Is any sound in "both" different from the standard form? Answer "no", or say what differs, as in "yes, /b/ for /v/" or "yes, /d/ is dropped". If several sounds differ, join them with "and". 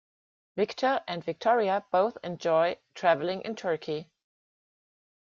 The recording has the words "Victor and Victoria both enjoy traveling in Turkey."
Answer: no